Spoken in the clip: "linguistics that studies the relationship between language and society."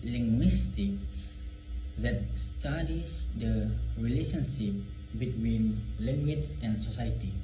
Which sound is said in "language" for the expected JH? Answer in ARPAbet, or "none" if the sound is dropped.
CH